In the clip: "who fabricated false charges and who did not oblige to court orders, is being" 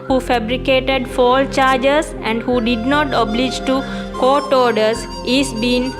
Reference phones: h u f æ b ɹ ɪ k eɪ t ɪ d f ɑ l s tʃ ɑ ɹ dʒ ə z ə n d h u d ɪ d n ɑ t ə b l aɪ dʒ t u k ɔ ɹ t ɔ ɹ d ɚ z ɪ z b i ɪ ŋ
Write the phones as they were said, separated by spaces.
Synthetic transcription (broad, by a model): h u f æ b ɹ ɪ k eɪ t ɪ d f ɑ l tʃ ɑ ɹ dʒ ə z ə n d h u d ɪ d n ɑ t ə b l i dʒ t u k ɔ t ɔ ɹ d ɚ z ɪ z b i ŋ